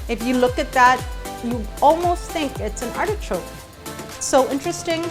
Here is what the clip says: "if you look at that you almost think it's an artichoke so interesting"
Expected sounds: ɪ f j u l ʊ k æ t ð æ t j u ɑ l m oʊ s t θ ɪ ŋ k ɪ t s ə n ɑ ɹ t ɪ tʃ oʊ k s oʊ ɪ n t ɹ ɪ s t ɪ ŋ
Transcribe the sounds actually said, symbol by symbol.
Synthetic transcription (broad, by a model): ɪ f j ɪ l ʊ k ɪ t ð æ t j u ɑ l m oʊ s t θ ɪ ŋ k ɪ t s ə n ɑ ɹ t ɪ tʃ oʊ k s oʊ ɪ n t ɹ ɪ s t ɪ ŋ